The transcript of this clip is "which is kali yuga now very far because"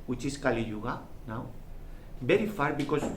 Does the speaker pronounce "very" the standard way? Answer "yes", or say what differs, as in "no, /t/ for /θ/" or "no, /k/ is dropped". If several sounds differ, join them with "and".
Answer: no, /b/ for /v/